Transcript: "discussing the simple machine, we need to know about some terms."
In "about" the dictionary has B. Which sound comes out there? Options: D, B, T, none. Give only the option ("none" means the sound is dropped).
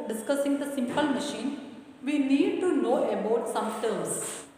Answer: B